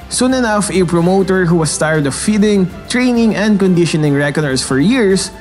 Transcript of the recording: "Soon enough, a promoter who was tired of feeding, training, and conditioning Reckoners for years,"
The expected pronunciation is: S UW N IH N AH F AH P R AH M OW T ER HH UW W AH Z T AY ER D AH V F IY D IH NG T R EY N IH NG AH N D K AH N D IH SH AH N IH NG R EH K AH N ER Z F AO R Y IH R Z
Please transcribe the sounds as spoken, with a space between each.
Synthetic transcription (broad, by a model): S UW N IH N AH F AH P R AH M OW T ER HH UW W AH S T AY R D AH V F IY D IH NG T R EY N IH NG AH N D K AH N D IH SH AH N IH NG R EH K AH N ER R F AO R Y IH R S